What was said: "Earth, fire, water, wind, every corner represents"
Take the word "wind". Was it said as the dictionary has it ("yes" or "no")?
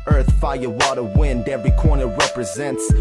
yes